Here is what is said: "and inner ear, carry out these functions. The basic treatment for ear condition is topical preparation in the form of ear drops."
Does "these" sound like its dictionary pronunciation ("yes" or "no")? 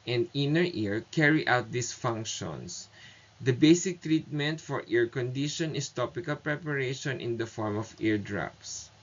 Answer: no